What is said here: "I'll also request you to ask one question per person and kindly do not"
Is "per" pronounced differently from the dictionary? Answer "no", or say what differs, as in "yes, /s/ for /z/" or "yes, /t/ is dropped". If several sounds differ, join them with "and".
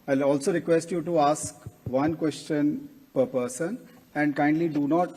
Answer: no